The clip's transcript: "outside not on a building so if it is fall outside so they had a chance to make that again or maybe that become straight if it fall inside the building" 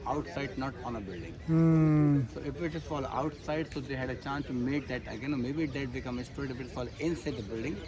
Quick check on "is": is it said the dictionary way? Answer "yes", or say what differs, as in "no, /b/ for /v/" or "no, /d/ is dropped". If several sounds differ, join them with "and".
no, /s/ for /z/